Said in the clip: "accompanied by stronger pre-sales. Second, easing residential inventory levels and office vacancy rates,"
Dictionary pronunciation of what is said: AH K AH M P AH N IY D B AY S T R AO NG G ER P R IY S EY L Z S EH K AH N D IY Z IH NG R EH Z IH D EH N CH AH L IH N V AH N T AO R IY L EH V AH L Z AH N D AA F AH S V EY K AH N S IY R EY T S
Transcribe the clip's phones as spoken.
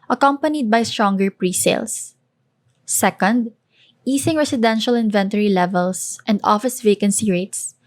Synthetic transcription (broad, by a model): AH K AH M P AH N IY D B AY S T R AO NG G ER P R IY S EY L S EH K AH N D IY S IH NG R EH S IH D EH N SH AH L IH N V AH N T AO R IY L EH V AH L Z AH N D AA F AH S V EY K AH N S IY R EY T S